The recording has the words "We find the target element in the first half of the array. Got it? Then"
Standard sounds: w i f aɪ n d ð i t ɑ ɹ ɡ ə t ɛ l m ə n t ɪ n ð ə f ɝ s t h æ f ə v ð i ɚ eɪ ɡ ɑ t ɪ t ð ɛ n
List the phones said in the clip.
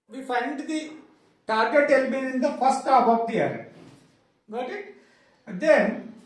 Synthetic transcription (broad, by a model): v i f aɪ n d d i t ɑ ɹ ɡ ə t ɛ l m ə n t ɪ n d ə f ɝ s t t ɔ p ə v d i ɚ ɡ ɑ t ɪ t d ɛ n